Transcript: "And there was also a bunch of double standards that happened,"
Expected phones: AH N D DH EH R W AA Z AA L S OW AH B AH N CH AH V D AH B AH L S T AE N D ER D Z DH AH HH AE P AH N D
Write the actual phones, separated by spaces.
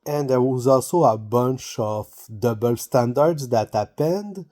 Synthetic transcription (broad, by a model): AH N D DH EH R W AA Z AA L S OW AH B AH N CH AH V D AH B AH L S T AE N D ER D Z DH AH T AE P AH N D